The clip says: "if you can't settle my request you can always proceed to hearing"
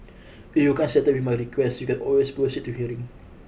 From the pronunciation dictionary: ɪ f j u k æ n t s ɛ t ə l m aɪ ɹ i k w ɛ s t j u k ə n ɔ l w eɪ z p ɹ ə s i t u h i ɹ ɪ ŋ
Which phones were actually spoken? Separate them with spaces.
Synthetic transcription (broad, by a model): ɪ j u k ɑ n s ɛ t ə w m aɪ ɹ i k w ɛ s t j u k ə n ɔ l w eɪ s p ə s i t u h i ɹ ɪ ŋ